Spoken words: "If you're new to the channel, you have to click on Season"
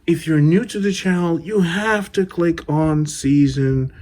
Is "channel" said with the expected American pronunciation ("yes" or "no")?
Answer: no